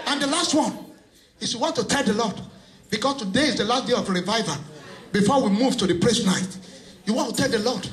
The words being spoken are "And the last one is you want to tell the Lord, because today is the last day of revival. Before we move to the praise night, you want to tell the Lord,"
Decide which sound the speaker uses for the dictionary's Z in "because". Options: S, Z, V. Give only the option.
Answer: S